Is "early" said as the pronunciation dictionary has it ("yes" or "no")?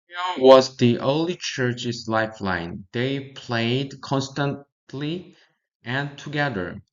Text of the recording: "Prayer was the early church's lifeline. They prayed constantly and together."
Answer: yes